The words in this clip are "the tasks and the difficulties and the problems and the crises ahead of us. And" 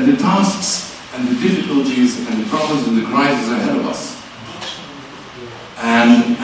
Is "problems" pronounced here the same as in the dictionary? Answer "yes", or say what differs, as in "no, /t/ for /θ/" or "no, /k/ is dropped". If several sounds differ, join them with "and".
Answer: yes